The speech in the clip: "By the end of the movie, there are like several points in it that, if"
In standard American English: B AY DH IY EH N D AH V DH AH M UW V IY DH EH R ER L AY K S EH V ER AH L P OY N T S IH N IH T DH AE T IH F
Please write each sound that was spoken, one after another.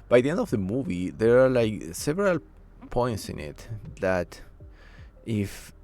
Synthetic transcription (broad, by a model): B AY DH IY EH N D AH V DH AH M UW V IY DH EH R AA L AY K S EH V ER AH L P OY N T S IH N IH T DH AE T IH F